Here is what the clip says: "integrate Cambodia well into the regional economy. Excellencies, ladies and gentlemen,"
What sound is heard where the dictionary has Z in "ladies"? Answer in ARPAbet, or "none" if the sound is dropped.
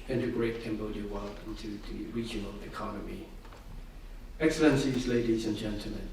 Z